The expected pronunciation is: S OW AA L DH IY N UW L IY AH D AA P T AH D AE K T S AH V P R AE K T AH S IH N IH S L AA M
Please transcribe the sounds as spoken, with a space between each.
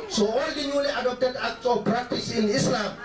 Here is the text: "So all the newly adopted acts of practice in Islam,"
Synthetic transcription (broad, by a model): S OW AA L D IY N UW L IY AH D AA P T AH D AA K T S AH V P R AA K T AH S IH N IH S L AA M